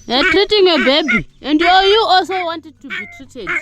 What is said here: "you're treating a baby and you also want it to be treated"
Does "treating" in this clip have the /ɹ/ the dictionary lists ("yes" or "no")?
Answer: yes